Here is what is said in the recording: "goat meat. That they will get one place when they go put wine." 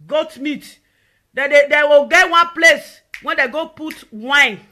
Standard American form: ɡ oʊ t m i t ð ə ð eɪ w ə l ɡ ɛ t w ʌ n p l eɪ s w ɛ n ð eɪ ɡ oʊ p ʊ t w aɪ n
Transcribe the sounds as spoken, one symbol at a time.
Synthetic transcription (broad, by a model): ɡ oʊ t m i t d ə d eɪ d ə w ɡ ɛ t w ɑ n p l eɪ s w ɛ n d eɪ ɡ oʊ p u t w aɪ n